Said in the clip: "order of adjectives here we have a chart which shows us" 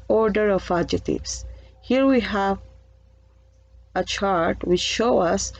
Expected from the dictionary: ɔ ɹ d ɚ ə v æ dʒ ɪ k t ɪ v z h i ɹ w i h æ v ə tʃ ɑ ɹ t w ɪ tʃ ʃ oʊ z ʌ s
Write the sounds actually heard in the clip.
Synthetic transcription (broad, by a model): ɔ ɹ d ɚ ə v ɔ dʒ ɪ t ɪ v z h i ɹ w i h æ v ə tʃ ɑ ɹ t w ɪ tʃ ʃ oʊ ʌ s